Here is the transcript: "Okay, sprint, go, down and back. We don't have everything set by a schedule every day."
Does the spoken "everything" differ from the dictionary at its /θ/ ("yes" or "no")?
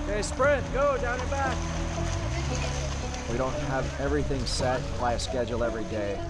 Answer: no